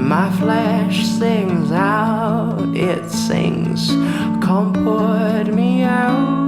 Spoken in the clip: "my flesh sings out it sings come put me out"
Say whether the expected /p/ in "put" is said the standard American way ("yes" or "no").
no